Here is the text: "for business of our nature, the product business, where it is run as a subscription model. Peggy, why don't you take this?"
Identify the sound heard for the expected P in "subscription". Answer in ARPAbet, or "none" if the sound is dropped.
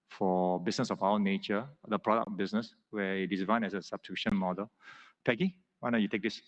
none